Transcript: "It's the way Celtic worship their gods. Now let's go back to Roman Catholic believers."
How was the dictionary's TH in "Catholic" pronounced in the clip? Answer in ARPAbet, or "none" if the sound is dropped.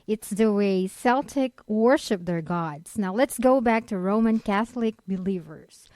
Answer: TH